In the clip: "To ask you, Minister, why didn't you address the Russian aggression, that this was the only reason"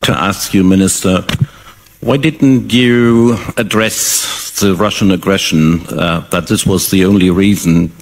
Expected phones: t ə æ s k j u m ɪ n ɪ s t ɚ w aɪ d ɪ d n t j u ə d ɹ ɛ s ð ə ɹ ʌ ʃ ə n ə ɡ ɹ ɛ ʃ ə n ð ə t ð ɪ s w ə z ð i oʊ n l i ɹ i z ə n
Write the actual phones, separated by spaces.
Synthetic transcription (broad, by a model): t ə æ s k j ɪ m ɪ n ɪ s t ɚ w aɪ d ɪ d n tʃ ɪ ə d ɹ ɛ s ð ə ɹ ʌ ʃ ə n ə ɡ ɹ ɛ ʃ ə n ð ə t ð ɪ s w ə z ð i oʊ n l i ɹ i z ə n